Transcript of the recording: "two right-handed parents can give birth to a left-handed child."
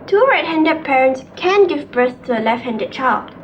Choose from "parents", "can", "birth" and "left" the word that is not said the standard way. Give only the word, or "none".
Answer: birth